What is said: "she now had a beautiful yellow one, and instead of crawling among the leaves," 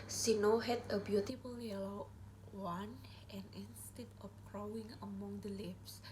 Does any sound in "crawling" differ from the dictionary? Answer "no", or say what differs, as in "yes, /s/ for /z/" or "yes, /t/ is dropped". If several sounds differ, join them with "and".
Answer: yes, /w/ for /l/